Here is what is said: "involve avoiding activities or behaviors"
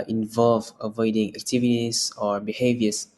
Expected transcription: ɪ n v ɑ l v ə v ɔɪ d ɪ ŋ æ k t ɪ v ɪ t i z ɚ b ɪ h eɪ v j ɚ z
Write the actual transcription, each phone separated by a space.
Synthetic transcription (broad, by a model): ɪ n v ɑ l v ə v ɔɪ d ɪ ŋ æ k t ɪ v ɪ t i s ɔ b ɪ h eɪ v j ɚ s